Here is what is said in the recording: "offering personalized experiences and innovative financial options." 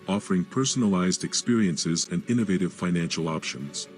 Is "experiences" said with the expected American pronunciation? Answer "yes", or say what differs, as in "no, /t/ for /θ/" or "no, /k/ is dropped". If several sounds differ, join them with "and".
yes